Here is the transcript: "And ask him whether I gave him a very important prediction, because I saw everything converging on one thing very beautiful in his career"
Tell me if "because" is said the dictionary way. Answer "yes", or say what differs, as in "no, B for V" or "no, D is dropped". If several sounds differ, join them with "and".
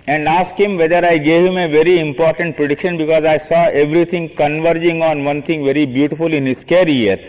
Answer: yes